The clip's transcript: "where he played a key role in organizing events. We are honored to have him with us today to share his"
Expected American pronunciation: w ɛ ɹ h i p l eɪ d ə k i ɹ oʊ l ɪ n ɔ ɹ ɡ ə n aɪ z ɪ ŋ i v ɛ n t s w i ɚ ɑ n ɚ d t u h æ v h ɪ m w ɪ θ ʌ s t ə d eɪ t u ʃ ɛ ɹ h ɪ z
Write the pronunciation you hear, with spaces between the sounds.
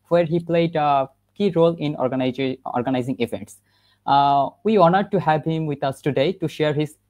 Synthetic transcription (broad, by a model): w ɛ ɹ h i p l eɪ d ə k i ɹ oʊ l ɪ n ɔ ɹ ɡ ə n aɪ z ɪ ŋ i v ɛ n t s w i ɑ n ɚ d t u h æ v h ɪ m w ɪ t ʌ s t ə d eɪ t u ʃ ɛ ɹ h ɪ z